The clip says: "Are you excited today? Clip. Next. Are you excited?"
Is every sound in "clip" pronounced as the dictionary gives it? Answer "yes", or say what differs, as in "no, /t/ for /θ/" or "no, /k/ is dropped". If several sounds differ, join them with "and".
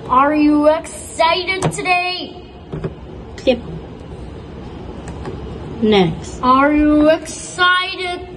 no, /l/ is dropped